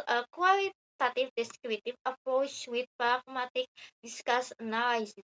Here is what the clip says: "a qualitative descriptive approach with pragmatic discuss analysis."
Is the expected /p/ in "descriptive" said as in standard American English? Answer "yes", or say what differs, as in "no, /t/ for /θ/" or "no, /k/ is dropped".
no, /p/ is dropped